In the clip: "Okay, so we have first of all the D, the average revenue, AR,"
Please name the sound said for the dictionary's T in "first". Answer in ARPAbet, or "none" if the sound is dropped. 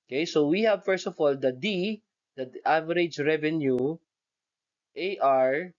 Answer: T